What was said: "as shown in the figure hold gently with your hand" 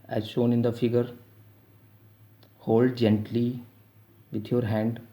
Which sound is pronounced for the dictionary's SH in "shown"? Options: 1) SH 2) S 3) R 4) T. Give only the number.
1